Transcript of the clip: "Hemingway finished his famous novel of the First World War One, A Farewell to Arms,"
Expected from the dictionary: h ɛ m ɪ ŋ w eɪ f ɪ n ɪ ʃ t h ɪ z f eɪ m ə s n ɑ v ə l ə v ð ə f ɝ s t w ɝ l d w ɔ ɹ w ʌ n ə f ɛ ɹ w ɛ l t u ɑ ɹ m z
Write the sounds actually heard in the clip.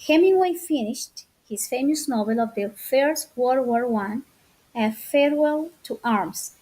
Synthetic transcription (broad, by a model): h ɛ m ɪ w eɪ f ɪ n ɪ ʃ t h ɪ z f eɪ m ə s n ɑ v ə l ə v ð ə f ɝ s t w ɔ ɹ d w ɔ ɹ w ʌ n ə f ɛ ɹ w ɛ l t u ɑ ɹ m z